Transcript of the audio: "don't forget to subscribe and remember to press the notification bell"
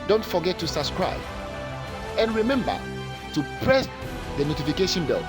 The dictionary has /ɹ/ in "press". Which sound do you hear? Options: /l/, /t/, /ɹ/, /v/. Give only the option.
/ɹ/